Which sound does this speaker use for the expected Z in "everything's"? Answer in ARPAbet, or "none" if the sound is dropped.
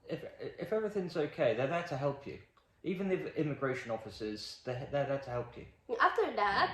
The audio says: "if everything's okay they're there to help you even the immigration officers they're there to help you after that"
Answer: Z